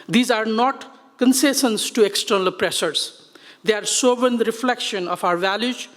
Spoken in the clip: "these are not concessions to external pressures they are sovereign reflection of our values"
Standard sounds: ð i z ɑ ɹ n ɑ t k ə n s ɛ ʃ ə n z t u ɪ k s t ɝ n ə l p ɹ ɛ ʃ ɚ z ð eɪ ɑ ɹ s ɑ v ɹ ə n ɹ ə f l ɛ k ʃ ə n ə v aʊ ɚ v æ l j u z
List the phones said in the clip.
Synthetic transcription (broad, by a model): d i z ɑ ɹ n ɑ t k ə n s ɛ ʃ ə n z t u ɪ k s t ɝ n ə l p ɹ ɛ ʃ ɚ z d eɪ ɑ ɹ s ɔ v ə n ɹ ə f l ɛ k ʃ ə n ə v aʊ ɚ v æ l j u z